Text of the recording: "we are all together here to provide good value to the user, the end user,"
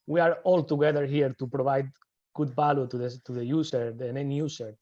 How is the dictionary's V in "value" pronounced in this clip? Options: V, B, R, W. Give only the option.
B